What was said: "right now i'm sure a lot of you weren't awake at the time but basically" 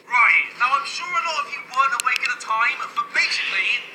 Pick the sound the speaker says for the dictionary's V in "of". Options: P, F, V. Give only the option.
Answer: F